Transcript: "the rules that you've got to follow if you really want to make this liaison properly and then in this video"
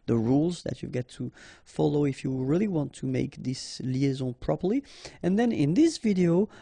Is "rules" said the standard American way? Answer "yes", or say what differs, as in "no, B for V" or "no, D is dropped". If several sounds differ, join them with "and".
yes